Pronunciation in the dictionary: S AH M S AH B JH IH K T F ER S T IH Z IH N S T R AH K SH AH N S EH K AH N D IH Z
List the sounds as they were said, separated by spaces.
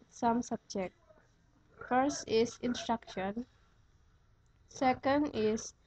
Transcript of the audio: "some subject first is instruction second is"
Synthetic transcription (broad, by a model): S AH M S AH B JH IH K T F ER S T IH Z IH N S T R AH K SH AH N S EH K AH N D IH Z